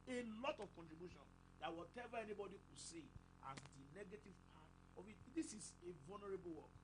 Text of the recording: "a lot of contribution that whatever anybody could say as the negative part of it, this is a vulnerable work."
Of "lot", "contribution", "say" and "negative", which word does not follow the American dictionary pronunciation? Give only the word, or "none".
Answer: none